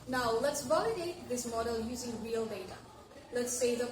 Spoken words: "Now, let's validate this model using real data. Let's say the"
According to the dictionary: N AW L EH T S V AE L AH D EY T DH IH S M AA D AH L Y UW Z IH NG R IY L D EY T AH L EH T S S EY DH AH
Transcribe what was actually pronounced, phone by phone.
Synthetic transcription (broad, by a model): N AW L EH T S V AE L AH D EY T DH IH S M AA D AH L Y UW Z IH NG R IY L D EY T AH L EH T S S EY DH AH